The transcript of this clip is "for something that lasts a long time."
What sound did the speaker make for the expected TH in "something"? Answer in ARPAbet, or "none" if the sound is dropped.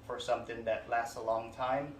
TH